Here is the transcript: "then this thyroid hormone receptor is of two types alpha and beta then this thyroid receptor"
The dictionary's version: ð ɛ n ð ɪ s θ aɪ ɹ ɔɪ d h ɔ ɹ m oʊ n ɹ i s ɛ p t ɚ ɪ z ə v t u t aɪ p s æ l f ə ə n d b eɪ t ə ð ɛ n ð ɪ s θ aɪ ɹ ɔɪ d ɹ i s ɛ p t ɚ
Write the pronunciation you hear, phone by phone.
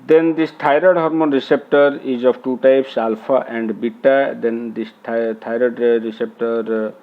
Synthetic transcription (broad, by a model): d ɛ n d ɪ s t aɪ ɹ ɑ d h ɔ ɹ m oʊ n ɹ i s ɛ p t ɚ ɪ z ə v t u t aɪ p s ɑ l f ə ə n d b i t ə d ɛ n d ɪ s t aɪ ɹ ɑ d ɹ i s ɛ p t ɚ